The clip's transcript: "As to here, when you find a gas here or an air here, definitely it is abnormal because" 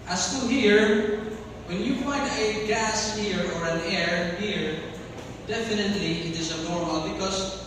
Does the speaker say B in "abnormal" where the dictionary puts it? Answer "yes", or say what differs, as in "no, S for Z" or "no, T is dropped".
no, B is dropped